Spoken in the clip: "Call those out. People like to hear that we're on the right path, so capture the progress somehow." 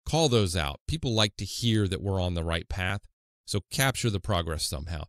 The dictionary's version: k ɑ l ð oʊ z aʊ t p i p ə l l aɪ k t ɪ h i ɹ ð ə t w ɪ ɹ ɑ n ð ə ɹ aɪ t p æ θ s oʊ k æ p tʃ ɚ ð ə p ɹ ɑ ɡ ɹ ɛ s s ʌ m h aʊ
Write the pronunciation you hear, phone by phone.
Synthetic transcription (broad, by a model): k ɑ l ð oʊ z aʊ t p i p l l aɪ k t ɪ h i ɹ ð ə t w ɪ ɹ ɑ n ð ə ɹ aɪ t p æ θ s oʊ k æ p tʃ ɚ ð ə p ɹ ɑ ɡ ɹ ɛ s s ʌ m h aʊ